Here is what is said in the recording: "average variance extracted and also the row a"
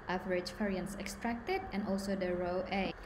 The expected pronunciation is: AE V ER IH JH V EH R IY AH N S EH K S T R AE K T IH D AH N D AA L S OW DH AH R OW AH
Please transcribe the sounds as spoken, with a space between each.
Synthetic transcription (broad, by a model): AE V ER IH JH F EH R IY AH N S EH K S T R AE K T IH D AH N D AA L S OW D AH R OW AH